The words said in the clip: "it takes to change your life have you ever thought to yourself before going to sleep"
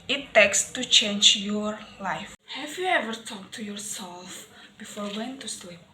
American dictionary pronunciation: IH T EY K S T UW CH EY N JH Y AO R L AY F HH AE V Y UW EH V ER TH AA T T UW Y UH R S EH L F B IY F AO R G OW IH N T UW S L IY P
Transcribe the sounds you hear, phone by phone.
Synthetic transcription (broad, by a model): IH T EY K S T UW CH EY N JH Y AO R L AY F HH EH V Y UW EH V ER T AA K T UW Y UH R S EH L F B IY F AO R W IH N T UW S L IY P